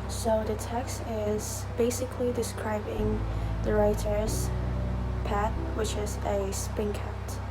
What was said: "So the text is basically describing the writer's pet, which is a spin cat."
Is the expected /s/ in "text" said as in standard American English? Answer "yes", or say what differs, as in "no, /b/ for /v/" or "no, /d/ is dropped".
yes